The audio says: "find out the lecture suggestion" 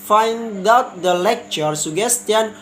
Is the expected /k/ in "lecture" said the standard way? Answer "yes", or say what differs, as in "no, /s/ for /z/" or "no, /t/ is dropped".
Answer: yes